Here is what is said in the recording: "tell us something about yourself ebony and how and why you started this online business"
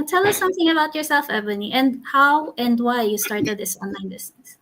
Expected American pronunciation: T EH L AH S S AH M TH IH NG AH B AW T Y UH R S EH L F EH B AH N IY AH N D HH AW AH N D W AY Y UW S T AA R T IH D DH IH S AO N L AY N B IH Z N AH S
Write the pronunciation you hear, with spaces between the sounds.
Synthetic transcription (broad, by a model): T EH L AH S S AH M TH IH NG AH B AW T Y UH R S EH L F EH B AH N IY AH N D HH AW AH N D W AY Y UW S T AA R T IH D DH IH S AO N L AY N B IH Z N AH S